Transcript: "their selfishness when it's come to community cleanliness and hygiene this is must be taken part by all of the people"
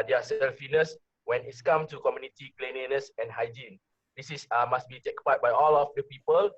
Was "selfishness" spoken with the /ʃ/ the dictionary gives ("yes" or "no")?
no